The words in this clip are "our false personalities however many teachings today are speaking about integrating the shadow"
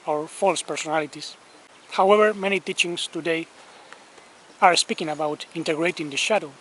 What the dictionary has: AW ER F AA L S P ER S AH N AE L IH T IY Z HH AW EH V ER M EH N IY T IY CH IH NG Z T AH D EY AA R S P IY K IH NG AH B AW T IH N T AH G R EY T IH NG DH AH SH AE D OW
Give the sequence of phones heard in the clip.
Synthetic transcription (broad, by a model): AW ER F AA L S P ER S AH N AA L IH T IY S HH AW EH V ER M EH N IY T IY CH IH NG S T AH D EY AA R S P IY K IH NG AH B AW T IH N T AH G R EY T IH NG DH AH SH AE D OW